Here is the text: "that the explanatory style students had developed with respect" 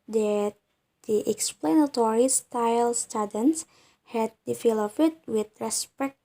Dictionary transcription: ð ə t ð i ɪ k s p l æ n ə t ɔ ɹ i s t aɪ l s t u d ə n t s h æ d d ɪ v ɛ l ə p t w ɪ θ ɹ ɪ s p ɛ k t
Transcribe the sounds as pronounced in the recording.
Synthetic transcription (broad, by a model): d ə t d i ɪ k s p l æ n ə t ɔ ɹ i s t aɪ l s t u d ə n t s h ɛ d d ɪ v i l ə f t w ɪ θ ɹ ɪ s p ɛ k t